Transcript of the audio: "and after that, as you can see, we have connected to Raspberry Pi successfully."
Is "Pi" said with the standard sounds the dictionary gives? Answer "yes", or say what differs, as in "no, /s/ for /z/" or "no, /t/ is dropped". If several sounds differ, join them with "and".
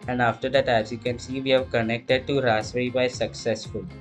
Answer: no, /b/ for /p/